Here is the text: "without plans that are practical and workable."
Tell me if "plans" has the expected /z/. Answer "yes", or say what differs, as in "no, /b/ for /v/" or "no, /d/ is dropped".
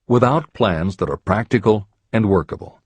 yes